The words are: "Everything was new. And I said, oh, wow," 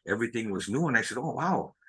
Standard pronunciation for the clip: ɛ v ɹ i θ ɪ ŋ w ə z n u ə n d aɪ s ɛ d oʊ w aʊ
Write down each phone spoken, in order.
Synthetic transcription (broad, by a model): ɛ v ɹ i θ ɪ ŋ w ə z n u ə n aɪ s ɛ d oʊ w aʊ